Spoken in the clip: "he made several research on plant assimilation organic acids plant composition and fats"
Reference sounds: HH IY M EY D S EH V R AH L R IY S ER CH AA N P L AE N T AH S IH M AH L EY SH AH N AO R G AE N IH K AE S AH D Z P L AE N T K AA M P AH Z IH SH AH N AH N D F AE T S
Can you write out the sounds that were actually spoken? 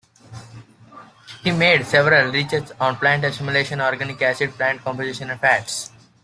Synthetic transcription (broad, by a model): HH IY M EY D S EH V R AH L R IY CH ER S AA N P L AE N T AH S IH M AH L EY SH AH N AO R G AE N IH K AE S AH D P L AE N T K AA M P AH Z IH SH AH N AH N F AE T S